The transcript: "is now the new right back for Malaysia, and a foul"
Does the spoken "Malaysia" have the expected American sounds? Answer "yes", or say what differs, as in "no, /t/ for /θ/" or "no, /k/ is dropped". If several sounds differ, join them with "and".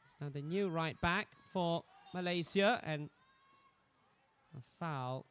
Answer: no, /z/ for /ʒ/